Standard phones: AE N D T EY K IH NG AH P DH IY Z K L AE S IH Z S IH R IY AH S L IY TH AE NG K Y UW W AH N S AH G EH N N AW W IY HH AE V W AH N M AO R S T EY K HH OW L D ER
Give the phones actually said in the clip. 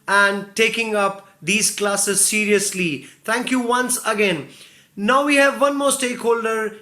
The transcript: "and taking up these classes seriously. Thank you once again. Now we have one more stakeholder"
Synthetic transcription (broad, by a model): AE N D T EY K IH NG AH P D IY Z K L AE S IH Z S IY R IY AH S L IY T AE NG K Y UW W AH N S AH G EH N N AW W IY HH AE V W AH N M AO R S T EY K HH OW L D ER